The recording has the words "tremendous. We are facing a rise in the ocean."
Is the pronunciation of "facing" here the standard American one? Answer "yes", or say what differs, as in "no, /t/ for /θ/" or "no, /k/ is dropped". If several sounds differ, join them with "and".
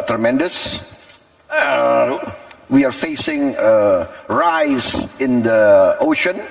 yes